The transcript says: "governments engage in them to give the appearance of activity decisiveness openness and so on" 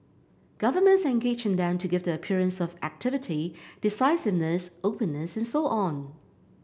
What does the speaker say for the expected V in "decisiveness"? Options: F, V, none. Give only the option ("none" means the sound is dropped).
V